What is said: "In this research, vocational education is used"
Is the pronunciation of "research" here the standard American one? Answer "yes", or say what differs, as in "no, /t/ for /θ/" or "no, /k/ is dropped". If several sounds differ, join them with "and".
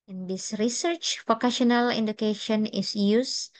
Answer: yes